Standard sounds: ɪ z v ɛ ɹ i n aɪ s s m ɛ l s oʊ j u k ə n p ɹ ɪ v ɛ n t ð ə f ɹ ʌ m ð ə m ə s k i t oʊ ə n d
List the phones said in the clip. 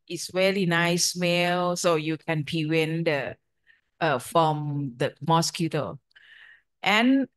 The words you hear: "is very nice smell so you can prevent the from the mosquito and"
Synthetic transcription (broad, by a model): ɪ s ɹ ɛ l i n aɪ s s m ɛ l s oʊ j u k ə n p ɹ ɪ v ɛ n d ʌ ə f ɹ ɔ m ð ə m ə s k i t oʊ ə n